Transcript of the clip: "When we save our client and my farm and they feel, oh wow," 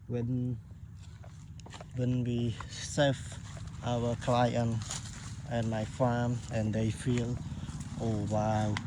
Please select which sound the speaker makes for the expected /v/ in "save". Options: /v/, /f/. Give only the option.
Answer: /f/